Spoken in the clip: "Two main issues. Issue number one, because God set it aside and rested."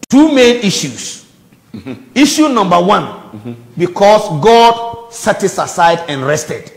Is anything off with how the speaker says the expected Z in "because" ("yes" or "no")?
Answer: yes